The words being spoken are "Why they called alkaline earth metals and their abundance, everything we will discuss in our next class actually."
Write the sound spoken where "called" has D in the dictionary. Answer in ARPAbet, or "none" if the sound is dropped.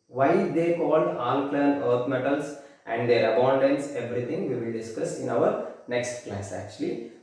D